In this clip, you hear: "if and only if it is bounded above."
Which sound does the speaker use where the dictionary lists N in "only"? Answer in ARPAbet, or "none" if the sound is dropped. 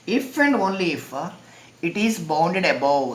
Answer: N